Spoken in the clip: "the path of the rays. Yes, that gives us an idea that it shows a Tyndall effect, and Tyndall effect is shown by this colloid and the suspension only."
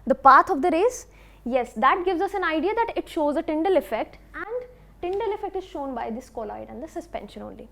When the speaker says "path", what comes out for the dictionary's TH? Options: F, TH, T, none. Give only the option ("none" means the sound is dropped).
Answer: T